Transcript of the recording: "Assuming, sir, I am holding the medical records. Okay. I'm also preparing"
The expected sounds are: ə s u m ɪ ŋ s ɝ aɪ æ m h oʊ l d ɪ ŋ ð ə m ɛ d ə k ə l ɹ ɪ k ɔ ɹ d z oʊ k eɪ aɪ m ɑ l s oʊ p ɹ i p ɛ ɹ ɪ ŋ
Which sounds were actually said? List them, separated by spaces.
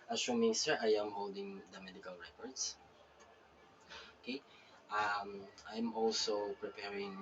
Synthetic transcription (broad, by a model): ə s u m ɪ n s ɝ aɪ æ m h oʊ l d ɪ ŋ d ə m ɛ d ə k ə l ɹ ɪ k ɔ ɹ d s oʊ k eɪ aɪ m ɑ l s oʊ p ɹ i p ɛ ɹ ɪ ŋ